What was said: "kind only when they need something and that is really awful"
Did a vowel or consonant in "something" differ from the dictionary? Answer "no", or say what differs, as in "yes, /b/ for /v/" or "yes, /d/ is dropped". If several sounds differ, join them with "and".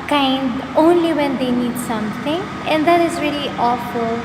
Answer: yes, /t/ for /θ/